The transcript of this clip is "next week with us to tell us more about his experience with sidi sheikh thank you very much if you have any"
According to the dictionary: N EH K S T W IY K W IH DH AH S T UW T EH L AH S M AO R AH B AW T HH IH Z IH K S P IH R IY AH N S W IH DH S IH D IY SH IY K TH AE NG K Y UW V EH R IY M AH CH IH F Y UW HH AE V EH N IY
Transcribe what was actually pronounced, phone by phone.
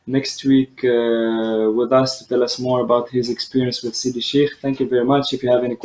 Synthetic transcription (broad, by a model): N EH K S T W IY K W IH DH AH S T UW T EH L AH S M AO R AH B AW T HH IH Z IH K S P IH R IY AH N S W IH DH S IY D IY SH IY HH TH AE NG K Y UW V EH R IY M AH CH IH F Y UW HH AE V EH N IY